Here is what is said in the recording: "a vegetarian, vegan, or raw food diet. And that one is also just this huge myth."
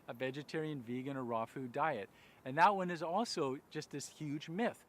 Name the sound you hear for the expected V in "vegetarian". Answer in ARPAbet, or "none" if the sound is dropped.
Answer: V